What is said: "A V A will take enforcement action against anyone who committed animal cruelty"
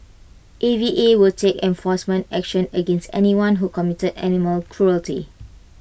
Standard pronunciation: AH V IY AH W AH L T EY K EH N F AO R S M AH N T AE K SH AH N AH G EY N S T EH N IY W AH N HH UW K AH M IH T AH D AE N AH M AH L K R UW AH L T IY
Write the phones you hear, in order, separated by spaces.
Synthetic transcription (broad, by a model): AH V IY AH W AH L T EY K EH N F AO S M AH N T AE K SH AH N AH G EY N S T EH N IY W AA N HH UW K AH M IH T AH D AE N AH M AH L K R UW AH L T IY